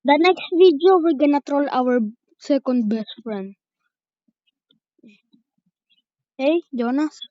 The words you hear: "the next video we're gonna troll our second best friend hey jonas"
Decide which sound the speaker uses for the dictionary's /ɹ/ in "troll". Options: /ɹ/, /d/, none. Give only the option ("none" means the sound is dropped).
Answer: /ɹ/